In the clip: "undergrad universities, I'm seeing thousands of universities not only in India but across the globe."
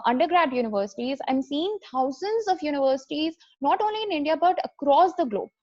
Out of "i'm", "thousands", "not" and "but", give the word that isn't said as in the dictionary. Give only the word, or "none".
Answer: thousands